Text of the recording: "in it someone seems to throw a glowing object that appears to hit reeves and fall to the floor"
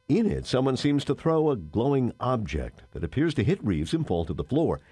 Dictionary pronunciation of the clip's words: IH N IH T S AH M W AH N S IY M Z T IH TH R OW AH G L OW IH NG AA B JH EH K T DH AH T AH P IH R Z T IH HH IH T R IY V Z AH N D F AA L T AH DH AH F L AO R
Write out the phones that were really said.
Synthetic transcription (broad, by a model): IH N IH T S AH M W AH N S IY M Z T IH TH R OW AH G L OW IH NG AA B JH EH K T DH AH T AH P IH R Z T IH HH IH T R IY V Z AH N F AA L T AH DH AH F L AO R